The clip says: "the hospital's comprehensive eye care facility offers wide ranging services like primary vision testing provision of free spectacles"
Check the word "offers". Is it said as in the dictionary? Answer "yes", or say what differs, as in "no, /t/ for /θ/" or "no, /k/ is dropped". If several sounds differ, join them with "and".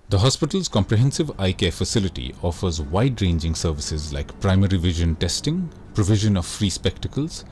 yes